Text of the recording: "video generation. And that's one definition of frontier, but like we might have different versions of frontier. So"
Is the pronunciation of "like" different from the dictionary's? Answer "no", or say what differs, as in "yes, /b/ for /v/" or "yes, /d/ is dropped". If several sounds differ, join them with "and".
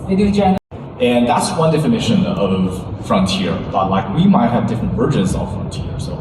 no